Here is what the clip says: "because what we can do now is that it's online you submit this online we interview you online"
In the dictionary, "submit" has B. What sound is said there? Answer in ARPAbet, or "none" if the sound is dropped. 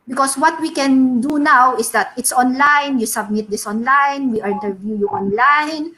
B